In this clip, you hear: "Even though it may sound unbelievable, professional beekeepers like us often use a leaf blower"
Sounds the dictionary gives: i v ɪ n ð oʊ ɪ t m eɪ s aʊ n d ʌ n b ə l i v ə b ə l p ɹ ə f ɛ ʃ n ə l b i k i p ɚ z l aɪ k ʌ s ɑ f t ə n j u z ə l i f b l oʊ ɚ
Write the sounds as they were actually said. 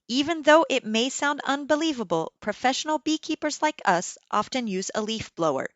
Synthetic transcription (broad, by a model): i v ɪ n ð oʊ ɪ t m eɪ s aʊ n d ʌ n b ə l i v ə b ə l p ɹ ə f ɛ ʃ n l b i k i p ɚ z l aɪ k ʌ s ɑ f t ə n j u z ə l i f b l oʊ ɚ